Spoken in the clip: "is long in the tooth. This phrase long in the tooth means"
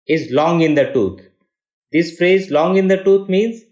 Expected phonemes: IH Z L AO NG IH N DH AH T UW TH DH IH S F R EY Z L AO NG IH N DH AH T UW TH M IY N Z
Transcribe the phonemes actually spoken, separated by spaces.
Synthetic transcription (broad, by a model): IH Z L AO NG IH N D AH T UW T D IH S F R EY Z L AO NG IH N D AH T UW T M IY N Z